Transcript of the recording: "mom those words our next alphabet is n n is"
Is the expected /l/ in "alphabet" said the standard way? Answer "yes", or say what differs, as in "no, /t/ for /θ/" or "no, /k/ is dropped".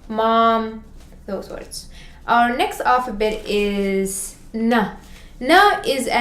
no, /l/ is dropped